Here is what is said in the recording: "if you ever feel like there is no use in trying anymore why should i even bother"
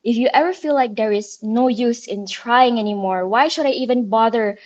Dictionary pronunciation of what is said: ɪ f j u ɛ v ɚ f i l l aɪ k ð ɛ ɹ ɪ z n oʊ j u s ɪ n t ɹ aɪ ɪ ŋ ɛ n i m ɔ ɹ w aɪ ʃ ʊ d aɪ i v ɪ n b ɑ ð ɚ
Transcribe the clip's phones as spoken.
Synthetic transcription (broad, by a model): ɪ f j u ɛ v ɚ f i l l aɪ k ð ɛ ɹ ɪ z n oʊ j u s ɪ n t ɹ aɪ ɪ ŋ ɛ n i m ɔ ɹ w aɪ ʃ ʊ d aɪ i v ɪ n b ɑ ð ɚ